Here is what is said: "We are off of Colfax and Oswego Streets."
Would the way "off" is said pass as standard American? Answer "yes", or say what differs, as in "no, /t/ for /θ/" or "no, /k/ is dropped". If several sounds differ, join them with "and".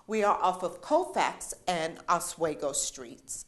yes